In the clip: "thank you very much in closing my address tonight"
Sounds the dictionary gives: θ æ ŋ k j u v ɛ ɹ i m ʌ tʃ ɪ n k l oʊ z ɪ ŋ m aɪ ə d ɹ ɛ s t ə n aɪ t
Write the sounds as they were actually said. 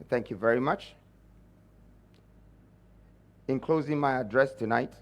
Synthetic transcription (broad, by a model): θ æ ŋ k j u v ɛ ɹ i m ʌ tʃ ɪ n k l oʊ z ɪ ŋ m aɪ ə d ɹ ɛ s t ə n aɪ t